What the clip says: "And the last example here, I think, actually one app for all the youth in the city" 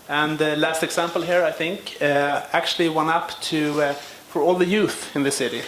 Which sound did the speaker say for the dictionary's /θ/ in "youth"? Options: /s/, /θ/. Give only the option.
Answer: /θ/